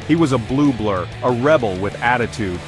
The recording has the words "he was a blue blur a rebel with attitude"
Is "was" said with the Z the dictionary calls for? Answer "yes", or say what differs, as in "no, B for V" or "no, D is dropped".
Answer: yes